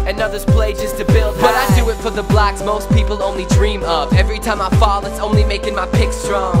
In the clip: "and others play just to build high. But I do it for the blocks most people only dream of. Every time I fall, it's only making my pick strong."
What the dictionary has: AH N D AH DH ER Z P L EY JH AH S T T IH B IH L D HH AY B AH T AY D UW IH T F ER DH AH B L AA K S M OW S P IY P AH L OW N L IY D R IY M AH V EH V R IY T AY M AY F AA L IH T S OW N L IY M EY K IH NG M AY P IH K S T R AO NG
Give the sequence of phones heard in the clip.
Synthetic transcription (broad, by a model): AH N AH DH ER Z P L EY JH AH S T T IH B IH L D B AH T AY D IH IH T F ER DH AH B L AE K S M OW S P IY P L OW N L IY D R IY M AH P EH V R IY T AY M AY F AA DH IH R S OW N L IY M EY K IH NG M AY P IH K S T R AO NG